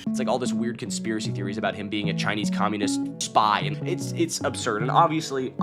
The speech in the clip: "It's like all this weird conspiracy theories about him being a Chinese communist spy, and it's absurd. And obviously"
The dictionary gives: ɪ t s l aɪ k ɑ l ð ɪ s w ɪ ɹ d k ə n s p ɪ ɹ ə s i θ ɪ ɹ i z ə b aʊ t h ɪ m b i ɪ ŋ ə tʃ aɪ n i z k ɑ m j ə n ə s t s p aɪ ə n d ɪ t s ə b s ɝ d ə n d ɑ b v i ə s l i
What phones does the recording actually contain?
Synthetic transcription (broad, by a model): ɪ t s l aɪ k ɑ l ð ɪ s w ɪ ɹ d k ə n s p ɪ ɹ ə s i θ ɪ ɹ i z ə b aʊ t h ɪ m b i ɪ ŋ ə tʃ aɪ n i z k ɑ m j ə n ə s t s p aɪ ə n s ɪ t s ə b s ɝ d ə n ɑ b v i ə s l i